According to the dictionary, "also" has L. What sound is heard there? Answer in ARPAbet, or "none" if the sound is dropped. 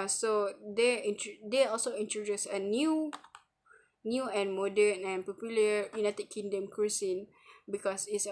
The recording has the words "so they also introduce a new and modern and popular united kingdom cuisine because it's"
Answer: L